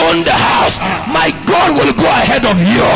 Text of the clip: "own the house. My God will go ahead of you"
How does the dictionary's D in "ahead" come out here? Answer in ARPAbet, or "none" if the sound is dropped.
D